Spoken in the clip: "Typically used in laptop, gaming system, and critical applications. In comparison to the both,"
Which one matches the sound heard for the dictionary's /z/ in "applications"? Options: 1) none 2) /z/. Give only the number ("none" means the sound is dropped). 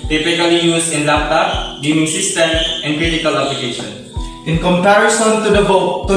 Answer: 1